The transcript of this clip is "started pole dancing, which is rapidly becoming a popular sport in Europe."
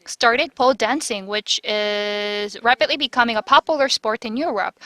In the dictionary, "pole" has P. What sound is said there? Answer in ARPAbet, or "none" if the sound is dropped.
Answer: P